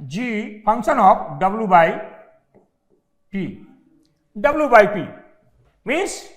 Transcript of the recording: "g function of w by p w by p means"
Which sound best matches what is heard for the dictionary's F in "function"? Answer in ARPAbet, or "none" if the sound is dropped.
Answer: P